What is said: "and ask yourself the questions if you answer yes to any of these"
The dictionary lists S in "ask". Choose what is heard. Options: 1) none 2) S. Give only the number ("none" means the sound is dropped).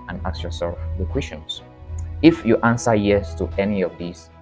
1